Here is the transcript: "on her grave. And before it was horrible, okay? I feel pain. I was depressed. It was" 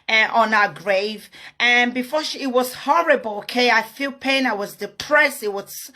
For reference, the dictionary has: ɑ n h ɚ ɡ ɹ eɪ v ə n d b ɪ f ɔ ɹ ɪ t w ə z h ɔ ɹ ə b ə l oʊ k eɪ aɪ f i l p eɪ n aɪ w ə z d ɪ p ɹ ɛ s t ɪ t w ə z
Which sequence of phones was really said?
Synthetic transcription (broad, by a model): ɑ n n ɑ ɡ ɹ eɪ v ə n b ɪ f ɔ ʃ ɪ t w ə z h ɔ ɹ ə b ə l oʊ k eɪ aɪ f i l p eɪ n aɪ w ə z d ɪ p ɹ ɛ s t ɪ t w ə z